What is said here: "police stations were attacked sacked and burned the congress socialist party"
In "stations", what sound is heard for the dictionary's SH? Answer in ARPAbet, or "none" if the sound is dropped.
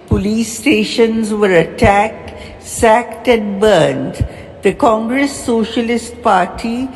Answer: SH